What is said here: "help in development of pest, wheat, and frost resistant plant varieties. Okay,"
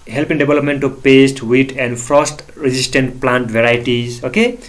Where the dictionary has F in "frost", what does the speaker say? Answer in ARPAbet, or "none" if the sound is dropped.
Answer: P